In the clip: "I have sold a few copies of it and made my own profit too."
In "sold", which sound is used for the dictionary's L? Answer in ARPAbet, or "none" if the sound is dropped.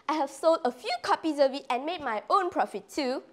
L